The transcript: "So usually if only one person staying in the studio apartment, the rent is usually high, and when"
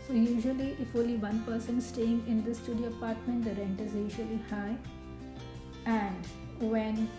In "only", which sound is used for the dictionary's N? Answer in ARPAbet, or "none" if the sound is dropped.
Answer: none